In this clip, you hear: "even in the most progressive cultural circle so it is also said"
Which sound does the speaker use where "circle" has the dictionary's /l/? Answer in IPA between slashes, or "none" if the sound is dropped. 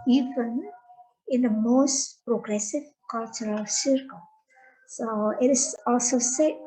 /l/